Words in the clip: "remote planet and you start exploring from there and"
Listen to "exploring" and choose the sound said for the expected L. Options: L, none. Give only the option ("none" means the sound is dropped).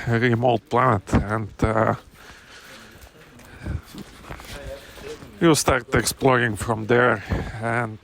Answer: L